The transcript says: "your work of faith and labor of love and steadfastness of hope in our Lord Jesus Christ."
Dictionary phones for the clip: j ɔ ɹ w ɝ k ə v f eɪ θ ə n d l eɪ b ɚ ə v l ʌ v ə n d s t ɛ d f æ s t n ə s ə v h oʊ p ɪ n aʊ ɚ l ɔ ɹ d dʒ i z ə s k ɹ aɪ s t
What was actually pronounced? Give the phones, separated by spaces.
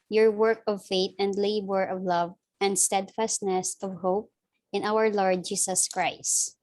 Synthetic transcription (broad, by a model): j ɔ ɹ w ɝ k ə v f eɪ t ə n d l eɪ b ɚ ə v l ʌ v ə n d s t ɛ d f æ s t n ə s ə v h oʊ p ɪ n aʊ ɚ l ɔ ɹ d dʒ i s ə s k ɹ aɪ s t